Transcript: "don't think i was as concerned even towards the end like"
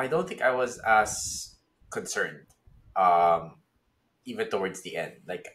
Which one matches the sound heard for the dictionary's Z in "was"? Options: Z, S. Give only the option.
Z